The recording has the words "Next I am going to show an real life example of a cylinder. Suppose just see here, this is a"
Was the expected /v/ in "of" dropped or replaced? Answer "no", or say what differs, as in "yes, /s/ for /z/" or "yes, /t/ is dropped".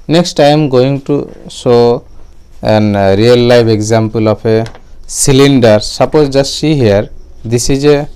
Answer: yes, /p/ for /v/